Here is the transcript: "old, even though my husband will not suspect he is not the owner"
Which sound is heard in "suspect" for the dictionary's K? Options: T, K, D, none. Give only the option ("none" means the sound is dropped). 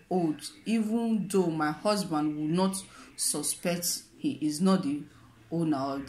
K